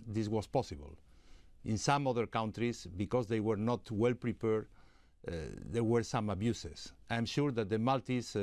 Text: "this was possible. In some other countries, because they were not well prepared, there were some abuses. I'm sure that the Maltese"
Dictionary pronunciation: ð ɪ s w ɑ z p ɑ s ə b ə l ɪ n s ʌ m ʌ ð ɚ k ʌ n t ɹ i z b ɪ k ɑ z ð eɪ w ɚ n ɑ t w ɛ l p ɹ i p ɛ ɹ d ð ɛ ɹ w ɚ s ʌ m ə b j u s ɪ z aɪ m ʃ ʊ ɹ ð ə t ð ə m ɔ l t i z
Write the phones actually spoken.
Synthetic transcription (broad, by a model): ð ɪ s w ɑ s p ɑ s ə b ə l ɪ n s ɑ m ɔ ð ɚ k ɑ n t ɹ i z b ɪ k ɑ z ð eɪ w ɚ n ɑ t w ɛ l p ɹ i p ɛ ɹ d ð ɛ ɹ w ɚ s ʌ m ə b j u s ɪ s aɪ m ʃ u ɹ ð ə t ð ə m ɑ l t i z